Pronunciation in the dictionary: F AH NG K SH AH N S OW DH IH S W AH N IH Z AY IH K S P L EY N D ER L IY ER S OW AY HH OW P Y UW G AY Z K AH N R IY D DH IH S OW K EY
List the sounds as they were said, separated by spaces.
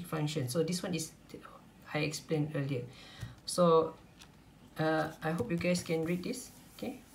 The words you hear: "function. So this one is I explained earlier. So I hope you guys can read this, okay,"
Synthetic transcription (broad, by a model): F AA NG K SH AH N S OW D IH S W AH N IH S AY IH K S P L EY N ER L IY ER S OW AY HH OW P Y UW G AY S K AH N R IY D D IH S OW K EY